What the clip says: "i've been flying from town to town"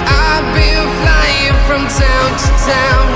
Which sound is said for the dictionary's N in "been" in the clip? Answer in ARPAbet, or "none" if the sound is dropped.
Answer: L